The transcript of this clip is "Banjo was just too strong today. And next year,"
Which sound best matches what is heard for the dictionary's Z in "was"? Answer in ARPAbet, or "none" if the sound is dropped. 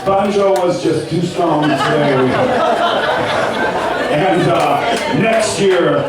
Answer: Z